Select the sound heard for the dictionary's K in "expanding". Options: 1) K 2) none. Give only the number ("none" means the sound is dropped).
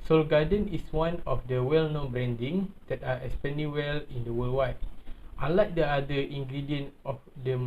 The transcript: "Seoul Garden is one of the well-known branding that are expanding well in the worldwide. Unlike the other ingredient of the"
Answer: 2